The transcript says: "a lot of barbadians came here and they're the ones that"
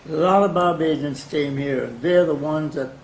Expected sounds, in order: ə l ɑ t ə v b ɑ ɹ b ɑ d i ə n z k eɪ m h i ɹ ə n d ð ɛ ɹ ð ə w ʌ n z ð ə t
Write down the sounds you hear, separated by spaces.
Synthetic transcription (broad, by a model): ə l ɑ t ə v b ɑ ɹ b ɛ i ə n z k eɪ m h i ɹ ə n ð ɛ ɹ ð ə w ʌ n z ð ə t